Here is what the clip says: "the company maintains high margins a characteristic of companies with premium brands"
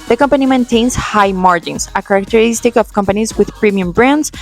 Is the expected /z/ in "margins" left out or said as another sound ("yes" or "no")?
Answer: yes